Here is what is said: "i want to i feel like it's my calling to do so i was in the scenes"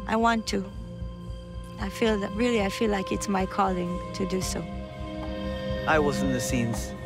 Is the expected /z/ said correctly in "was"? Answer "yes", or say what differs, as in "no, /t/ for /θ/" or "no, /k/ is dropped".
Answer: yes